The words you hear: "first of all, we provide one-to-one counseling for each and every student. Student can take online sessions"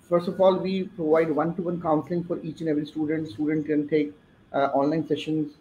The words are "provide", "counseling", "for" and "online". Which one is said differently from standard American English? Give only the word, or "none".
none